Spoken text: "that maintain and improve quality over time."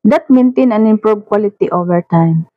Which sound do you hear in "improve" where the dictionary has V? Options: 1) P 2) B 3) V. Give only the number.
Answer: 2